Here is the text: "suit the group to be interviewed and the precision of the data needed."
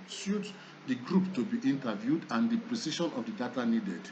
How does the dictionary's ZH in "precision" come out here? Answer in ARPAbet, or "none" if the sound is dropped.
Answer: SH